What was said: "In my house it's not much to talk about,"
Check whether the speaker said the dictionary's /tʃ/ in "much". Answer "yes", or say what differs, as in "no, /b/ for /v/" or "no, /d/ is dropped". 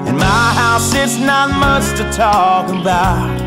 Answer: no, /s/ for /tʃ/